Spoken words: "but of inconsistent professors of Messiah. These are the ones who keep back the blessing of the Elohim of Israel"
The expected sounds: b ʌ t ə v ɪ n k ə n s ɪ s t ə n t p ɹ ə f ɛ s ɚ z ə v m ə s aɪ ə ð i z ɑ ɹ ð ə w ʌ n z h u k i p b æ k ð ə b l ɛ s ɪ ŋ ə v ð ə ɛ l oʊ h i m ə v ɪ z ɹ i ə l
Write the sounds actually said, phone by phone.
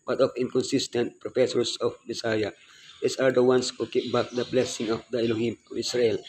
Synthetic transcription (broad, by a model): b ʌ t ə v ɪ n k ə n s ɪ s t ə n t p ɹ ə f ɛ s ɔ s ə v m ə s aɪ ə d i s ɑ ɹ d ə w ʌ n s h u k i p b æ k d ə b l ɛ s ɪ ŋ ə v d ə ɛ l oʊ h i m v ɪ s ɹ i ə l